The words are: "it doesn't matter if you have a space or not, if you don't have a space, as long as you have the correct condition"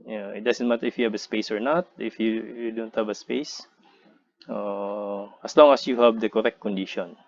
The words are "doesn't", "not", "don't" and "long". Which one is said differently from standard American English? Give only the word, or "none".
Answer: doesn't